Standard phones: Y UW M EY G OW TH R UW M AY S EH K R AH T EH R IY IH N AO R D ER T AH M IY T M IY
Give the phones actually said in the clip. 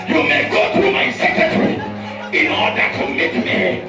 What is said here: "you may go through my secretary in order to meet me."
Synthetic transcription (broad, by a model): Y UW M EY G OW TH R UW M AY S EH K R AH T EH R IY IH N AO L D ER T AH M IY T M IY